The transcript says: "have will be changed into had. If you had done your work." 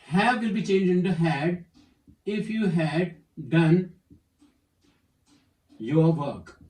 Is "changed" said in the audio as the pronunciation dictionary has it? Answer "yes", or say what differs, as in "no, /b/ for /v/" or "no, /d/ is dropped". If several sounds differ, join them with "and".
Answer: no, /d/ is dropped